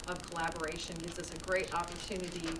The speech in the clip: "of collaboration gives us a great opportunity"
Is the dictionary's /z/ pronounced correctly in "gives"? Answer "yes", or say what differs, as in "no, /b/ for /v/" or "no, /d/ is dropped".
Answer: yes